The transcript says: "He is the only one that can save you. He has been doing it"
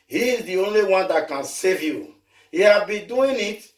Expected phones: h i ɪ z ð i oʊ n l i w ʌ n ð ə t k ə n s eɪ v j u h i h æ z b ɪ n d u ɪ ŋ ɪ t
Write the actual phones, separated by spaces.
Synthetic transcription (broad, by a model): h i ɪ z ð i oʊ n l i w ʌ n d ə t k ə n s eɪ v j u h i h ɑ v b ɪ n d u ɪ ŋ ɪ t